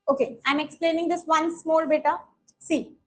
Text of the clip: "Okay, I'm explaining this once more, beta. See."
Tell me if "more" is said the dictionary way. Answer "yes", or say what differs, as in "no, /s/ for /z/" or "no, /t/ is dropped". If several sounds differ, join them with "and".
no, /l/ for /ɹ/